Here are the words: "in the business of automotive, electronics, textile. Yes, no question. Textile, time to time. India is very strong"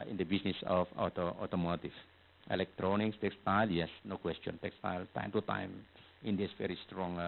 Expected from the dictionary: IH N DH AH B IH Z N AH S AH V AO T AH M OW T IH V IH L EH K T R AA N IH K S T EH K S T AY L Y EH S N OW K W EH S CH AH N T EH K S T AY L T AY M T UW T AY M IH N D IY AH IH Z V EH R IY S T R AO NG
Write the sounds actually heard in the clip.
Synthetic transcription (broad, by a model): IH N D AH B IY S N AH S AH F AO T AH M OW T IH F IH L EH K T R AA N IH K S T EH K S T AY L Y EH S N OW K W EH S CH AH N T EH K S T AY L T AY M T UW T AY M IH N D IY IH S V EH R IY S T R AO NG